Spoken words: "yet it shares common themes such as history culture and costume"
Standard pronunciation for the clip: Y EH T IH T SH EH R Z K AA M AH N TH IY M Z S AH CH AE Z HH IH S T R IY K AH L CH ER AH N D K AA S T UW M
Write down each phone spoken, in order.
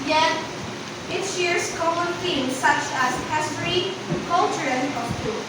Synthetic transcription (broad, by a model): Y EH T IH T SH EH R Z K AA M AH N F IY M S AH CH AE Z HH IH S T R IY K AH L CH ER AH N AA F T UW